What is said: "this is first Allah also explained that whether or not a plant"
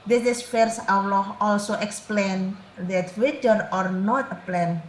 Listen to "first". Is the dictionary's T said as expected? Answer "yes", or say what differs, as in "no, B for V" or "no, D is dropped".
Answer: no, T is dropped